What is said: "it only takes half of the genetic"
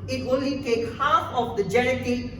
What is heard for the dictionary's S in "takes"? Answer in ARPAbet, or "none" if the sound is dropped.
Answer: none